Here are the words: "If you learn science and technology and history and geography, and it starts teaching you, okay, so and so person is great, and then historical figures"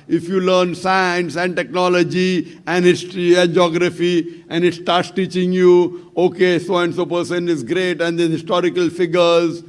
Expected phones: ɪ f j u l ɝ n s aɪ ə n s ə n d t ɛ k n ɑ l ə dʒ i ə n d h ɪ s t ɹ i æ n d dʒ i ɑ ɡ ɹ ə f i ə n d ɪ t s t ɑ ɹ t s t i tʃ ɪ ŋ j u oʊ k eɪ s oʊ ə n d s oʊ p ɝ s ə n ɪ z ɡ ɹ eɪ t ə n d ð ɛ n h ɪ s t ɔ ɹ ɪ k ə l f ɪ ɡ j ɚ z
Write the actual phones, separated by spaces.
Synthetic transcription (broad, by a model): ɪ f j u l ɝ n s aɪ ə n s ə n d t ɛ k n ɑ l ə dʒ i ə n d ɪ t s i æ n dʒ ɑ ɡ ɹ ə f i ə n d ɪ t s t ɑ ɹ t s t i tʃ ɪ ŋ j u oʊ k eɪ s oʊ ə n d s oʊ p ɝ s ə n ɪ z ɡ ɹ eɪ t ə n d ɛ h ɪ s t ɔ ɹ ɪ k ə l f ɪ ɡ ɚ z